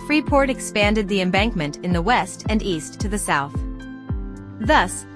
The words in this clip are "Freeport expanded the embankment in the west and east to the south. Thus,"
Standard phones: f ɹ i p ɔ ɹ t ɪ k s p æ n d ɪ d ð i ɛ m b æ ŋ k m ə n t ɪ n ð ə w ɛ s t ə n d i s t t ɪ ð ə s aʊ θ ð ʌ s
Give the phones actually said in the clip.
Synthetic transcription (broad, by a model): f ɹ i p ɔ ɹ t ɪ k s p æ n d ɪ d ð i ɛ m b æ ŋ k m ə n t ɪ n ð ə w ɛ s t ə n i s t t ɪ ð ə s aʊ θ ð ʌ s